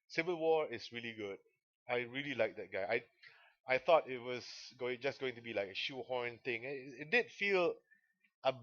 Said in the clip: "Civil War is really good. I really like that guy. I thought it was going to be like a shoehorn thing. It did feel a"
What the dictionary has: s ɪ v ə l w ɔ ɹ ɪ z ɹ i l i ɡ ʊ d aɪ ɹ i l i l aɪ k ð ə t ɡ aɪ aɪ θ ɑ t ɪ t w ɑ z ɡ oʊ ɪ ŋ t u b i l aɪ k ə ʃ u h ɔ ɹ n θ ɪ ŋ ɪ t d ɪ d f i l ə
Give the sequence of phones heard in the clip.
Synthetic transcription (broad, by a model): s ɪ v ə l w ɔ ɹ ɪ s ɹ i l i ɡ ʊ d aɪ ɹ i l i l aɪ k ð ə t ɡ aɪ aɪ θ ɑ t ɪ t w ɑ s ɡ oʊ ɪ ŋ t u b i l aɪ k ə ʃ u h ɔ ɹ n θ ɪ ŋ ɪ t d ɪ d f i l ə